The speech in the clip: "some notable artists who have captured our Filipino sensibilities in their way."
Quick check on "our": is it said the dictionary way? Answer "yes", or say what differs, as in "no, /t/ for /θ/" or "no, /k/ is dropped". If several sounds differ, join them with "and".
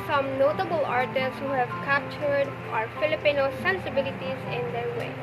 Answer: yes